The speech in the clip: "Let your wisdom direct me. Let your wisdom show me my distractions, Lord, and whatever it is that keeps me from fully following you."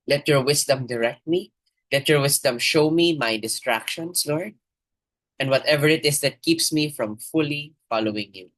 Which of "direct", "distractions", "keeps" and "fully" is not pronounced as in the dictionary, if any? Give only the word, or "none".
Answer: distractions